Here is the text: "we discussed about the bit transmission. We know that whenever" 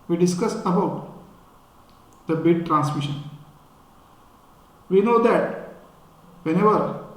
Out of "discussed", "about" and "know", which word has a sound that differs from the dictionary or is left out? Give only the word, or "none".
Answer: discussed